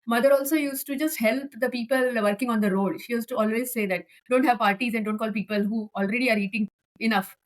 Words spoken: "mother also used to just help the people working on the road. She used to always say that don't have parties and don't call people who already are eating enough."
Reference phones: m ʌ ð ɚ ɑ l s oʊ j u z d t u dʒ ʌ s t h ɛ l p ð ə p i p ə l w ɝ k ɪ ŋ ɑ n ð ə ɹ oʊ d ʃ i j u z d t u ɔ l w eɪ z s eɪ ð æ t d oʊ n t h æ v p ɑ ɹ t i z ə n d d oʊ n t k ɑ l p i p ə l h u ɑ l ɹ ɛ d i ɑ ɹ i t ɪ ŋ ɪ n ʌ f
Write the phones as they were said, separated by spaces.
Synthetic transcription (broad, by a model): m ʌ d ɚ ɑ l s oʊ j u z t u dʒ ʌ s t h ɛ l p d ə p i p ə l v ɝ k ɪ ŋ ɑ n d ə ɹ oʊ d ʃ i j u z t u ɔ l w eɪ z s eɪ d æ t d oʊ n t h æ v p ɑ ɹ t i z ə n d d oʊ n t k ɑ l p i p ə l h u ɑ l ɹ ɛ d i ɑ ɹ i t ɪ ŋ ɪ n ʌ f